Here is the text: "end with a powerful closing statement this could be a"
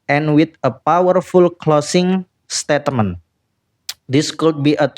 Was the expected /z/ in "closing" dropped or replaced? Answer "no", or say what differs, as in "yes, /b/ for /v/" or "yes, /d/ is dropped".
yes, /s/ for /z/